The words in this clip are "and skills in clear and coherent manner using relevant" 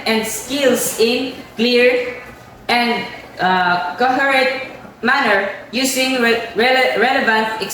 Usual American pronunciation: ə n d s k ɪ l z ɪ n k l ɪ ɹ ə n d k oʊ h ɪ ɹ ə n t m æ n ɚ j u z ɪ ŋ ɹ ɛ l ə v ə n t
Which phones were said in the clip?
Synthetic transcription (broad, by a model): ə n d s k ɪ l s ɪ n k l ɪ ɹ ə n d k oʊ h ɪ ɹ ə t m æ n ɚ j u s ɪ ŋ ɹ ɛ l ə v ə n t